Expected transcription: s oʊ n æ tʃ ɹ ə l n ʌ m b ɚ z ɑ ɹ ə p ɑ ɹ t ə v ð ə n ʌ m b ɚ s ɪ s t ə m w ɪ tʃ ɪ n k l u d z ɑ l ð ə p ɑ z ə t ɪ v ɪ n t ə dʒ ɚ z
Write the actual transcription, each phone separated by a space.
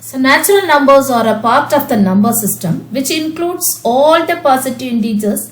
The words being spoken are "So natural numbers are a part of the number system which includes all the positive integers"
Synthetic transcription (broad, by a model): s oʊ n æ tʃ ɹ ə l n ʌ m b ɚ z ɑ ɹ ə p ɑ ɹ t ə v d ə n ʌ m b ɚ s ɪ s t ə m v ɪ tʃ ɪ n k l u d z ɑ l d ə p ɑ s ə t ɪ ɪ n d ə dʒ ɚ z